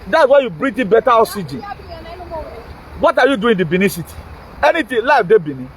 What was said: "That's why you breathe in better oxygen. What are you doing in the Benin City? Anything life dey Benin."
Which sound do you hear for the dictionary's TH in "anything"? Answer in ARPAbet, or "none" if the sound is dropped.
T